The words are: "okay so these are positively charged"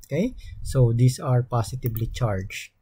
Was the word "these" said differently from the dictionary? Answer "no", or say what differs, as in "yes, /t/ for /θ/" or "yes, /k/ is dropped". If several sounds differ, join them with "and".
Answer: yes, /s/ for /z/